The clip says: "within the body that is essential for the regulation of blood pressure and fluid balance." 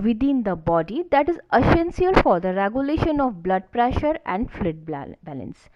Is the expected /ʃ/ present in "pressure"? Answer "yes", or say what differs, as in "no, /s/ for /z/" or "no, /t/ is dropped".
yes